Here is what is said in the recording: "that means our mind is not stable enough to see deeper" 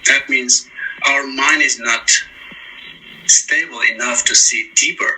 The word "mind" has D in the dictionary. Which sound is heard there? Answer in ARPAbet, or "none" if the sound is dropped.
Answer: D